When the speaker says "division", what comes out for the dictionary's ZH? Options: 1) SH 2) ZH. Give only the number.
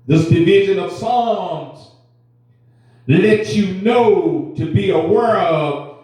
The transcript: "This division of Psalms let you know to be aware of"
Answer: 2